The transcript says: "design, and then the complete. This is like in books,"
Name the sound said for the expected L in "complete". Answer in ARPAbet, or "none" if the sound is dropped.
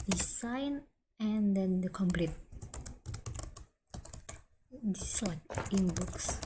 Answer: L